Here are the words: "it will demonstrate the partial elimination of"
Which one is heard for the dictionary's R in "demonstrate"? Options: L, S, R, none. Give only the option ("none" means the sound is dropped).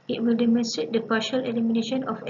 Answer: none